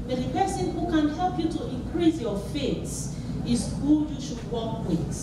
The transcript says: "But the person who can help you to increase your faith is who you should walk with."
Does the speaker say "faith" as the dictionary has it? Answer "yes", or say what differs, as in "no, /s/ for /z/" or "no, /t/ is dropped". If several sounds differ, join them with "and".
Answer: no, /s/ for /θ/